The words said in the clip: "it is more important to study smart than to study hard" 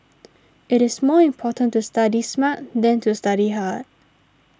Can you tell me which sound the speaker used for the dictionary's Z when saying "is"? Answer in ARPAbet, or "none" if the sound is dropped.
S